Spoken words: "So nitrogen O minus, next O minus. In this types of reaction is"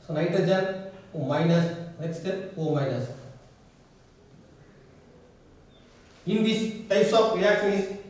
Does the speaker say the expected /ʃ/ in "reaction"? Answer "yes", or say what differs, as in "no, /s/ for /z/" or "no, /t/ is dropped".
no, /ʃ/ is dropped